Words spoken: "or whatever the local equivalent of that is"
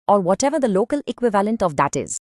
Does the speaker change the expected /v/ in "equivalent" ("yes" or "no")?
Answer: no